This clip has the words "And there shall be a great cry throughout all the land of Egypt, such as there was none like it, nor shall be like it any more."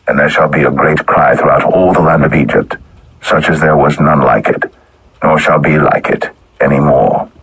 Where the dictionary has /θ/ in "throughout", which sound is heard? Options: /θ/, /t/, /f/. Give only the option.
/θ/